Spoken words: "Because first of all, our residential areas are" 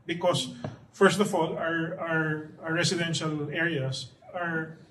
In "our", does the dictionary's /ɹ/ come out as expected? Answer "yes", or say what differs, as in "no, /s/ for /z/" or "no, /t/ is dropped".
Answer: yes